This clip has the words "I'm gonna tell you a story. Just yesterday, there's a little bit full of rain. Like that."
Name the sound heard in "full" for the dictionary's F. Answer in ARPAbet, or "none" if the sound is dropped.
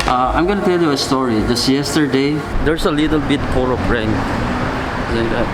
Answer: P